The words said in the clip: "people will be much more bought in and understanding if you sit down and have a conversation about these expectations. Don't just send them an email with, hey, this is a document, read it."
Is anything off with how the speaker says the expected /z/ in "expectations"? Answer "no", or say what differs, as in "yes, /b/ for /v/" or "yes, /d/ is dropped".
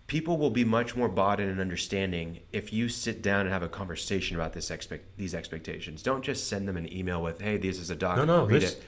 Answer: no